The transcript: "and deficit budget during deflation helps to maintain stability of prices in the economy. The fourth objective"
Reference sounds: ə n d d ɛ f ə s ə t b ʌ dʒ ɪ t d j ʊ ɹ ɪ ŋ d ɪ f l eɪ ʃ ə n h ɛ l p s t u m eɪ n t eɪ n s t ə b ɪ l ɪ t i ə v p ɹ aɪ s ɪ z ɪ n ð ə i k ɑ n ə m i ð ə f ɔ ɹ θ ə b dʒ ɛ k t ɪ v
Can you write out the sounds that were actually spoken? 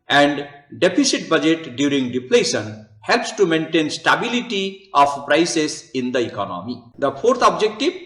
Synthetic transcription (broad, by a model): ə n d d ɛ p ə s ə t b ʌ dʒ ɪ t d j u ɹ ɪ ŋ d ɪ p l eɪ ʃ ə n h ɛ l p s t u m eɪ n t eɪ n s t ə b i l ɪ t i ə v p ɹ aɪ s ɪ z ɪ n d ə i k ɑ n ə m i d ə p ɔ ɹ t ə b dʒ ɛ k t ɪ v